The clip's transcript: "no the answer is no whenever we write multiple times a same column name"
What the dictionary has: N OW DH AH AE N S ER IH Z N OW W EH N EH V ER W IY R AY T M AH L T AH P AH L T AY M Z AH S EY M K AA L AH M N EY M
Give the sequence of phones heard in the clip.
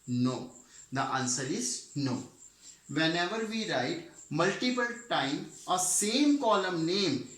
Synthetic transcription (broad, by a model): N OW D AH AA N S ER IH Z N OW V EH N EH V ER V IY R AY T M AH L T AH P AH L T AY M AH S EY M K AA L AH M N EY M